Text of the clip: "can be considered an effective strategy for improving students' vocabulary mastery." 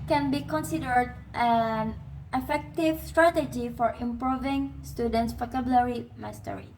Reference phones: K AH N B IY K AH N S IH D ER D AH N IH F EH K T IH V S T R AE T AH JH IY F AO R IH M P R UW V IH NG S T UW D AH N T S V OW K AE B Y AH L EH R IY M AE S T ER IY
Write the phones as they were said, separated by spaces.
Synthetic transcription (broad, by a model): K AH N B IY K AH N S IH D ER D AH N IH F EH K T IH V S T R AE T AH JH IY F AO R IH M P R UW V IH NG S T UW D AH N T S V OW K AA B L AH R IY M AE S T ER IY